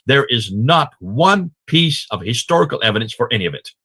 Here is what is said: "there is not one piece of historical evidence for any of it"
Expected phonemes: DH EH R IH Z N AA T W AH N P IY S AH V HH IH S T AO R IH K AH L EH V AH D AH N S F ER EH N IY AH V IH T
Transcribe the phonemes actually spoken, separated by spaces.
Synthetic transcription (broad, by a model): DH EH R IH Z N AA T W AH N P IY S AH V HH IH S T AO R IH K L EH V AH D AH N S F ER EH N IY AH V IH T